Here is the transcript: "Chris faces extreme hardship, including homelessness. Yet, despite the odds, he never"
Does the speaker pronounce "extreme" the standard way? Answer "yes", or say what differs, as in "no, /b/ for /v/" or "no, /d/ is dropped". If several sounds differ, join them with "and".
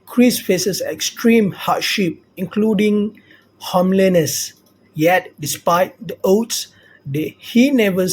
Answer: yes